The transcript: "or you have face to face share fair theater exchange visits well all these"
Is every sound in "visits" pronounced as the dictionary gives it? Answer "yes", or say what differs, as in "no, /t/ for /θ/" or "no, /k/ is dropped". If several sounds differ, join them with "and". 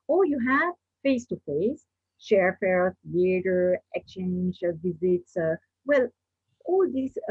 yes